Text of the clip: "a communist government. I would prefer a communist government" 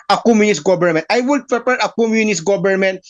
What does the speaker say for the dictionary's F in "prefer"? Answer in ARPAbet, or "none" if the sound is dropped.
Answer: P